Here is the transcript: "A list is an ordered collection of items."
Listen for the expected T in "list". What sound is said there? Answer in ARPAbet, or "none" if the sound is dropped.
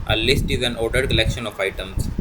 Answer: T